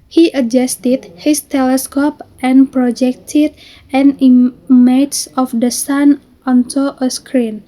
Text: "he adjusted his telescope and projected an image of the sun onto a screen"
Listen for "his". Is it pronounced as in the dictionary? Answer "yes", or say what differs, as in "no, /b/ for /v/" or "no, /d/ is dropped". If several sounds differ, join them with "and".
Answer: no, /s/ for /z/